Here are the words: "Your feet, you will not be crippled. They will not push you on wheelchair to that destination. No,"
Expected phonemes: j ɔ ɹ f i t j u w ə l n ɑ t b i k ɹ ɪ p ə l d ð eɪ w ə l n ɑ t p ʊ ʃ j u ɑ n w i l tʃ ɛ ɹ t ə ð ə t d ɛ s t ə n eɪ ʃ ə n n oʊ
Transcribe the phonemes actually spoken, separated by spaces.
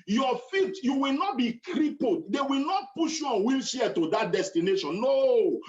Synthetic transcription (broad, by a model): j ɔ f i t j u w ə l n ɑ t b i k ɹ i p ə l d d eɪ w ə l n ɑ t p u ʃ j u ɑ n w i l ʃ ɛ t ə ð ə t d ɛ s t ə n eɪ ʃ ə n n oʊ